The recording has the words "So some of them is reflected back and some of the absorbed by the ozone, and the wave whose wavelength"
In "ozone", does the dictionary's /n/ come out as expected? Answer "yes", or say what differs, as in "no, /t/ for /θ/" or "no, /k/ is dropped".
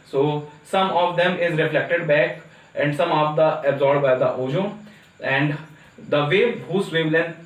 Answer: no, /n/ is dropped